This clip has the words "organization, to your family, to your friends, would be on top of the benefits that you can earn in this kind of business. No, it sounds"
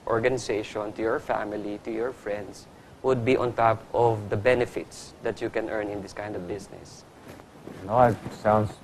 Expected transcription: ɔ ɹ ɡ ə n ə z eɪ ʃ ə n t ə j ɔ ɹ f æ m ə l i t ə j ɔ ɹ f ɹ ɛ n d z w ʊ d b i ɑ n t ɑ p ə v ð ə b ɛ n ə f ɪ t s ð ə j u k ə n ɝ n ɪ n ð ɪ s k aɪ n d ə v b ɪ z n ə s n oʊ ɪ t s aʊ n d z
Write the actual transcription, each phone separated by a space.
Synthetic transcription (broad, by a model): ɔ ɹ ɡ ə n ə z eɪ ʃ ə n t ə j ɔ ɹ f æ m ə l i t ə j ɔ ɹ f ɹ ɛ n d s w ʊ d b i ɑ n t ɑ p ə v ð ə b ɛ n ə f ɪ t s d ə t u k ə n ɝ n ɪ n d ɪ s k aɪ n d ə v b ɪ s n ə s n oʊ ɪ t s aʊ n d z